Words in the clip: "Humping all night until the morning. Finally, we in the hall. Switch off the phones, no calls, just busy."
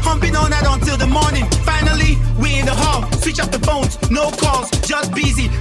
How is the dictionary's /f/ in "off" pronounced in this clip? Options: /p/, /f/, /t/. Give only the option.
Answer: /p/